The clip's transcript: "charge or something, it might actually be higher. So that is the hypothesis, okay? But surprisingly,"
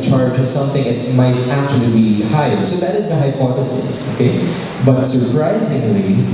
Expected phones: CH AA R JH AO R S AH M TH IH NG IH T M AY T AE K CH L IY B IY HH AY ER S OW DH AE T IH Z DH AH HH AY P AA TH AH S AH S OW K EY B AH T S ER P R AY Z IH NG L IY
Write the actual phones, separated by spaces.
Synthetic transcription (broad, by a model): CH AA R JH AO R S AH M TH IH NG IH T M AY T AE K CH L IY B IY HH AY ER S OW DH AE T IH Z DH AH HH AY P AA TH AH S AH S OW K EY B AH T S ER P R AY Z IH NG L IY